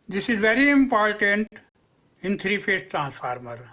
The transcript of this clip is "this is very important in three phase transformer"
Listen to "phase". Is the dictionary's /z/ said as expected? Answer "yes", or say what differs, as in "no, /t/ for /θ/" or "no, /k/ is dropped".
no, /s/ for /z/